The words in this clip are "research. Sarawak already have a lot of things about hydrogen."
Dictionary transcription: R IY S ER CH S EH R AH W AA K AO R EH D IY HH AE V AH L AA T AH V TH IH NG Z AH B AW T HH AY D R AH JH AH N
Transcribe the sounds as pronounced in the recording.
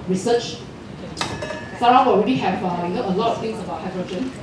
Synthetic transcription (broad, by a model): R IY S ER CH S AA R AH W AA AO R EH D IY HH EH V AH L AA T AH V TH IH NG S AH B AW T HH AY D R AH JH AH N